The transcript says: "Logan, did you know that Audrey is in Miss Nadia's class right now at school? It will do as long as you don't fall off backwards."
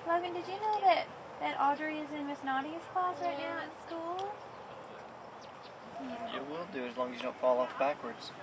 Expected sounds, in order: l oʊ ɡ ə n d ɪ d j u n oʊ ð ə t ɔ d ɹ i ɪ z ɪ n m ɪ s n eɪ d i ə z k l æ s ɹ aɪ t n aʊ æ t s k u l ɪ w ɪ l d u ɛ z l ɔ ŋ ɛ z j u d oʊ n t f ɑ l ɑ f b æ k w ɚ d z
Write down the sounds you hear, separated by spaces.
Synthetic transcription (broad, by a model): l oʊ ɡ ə n d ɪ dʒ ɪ n oʊ ð ə t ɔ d ɹ i ɪ z ɪ n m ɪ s n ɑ d i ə s k l æ s ɹ aɪ t n aʊ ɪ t s k u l ɪ w ɪ l d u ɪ z l ɔ ŋ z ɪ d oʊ n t f ɑ l ɑ f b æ k w ɚ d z